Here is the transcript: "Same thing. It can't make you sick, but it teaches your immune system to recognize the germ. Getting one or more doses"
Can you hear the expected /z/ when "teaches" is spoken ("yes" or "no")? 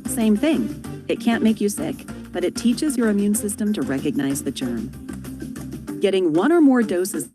yes